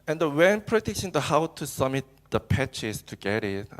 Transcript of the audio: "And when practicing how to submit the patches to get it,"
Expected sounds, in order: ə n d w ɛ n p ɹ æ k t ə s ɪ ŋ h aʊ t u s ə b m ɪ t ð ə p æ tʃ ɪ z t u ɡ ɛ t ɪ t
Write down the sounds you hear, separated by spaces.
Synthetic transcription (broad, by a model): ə n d w ɛ n p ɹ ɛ t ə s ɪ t h aʊ t u s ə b m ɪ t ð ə p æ tʃ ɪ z t u ɡ ɛ t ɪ t